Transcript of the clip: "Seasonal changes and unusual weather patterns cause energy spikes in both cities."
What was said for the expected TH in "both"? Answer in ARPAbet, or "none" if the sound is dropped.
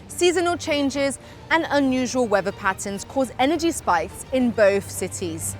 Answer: TH